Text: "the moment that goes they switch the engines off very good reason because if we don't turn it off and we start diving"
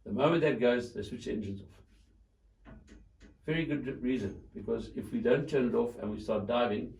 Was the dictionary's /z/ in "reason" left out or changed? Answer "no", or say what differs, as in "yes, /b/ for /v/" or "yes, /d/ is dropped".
no